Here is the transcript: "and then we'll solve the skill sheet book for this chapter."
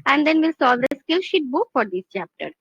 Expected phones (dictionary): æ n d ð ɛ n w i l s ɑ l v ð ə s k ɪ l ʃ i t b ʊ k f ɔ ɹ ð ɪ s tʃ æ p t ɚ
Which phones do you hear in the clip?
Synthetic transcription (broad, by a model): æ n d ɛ n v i l s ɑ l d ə s k ɪ l ʃ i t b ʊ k f ɔ ɹ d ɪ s tʃ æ p t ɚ